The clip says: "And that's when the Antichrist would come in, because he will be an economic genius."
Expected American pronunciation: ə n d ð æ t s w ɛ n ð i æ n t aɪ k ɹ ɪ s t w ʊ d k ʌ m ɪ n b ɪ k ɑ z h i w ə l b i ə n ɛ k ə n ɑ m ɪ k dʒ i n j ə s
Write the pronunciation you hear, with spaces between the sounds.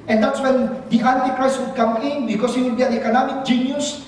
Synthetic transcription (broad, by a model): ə n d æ t s w ɛ n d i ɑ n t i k ɹ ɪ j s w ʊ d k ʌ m ɪ n b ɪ k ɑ s h i w ə l b i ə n ɛ k ə n ɑ m ɪ k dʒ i n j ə s